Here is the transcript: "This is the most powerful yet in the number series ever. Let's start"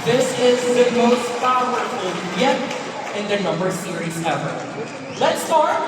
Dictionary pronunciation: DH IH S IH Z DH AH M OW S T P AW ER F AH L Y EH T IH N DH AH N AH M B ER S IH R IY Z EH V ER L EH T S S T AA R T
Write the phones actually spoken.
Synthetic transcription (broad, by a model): DH IH S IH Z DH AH M OW S T F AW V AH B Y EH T IH N DH AH N AH M B ER S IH R IY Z EH V ER L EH T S S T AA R